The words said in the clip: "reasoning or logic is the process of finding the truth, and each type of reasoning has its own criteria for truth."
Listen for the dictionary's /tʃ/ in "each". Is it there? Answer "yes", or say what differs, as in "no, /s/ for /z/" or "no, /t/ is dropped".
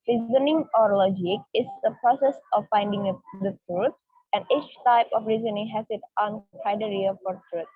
yes